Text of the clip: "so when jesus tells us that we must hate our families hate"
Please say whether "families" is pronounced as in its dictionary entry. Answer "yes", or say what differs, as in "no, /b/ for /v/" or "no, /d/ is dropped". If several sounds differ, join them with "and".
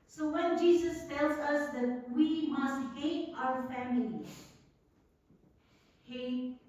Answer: no, /z/ is dropped